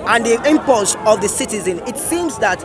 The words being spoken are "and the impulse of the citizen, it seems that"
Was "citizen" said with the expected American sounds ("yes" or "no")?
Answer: yes